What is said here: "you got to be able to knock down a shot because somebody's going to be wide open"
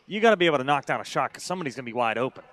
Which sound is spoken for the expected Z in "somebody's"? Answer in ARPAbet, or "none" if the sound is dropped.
Z